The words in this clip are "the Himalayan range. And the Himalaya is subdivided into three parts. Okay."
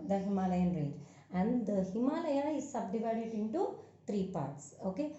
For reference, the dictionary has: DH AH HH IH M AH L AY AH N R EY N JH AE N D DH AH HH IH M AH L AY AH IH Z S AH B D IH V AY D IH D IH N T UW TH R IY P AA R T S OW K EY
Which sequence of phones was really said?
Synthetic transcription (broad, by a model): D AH HH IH M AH L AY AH N R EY JH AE N D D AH HH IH M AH L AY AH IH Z S AH B D IH V AY D IH D IH N T UW T R IY P AA R T S OW K EY